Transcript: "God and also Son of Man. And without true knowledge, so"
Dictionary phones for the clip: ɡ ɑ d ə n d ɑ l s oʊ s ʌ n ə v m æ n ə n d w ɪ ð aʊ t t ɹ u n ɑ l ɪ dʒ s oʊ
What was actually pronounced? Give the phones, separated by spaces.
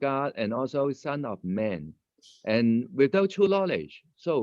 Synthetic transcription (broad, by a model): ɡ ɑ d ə n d ɑ l s oʊ s ʌ n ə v m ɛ n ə n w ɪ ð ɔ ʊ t u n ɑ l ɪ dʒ s oʊ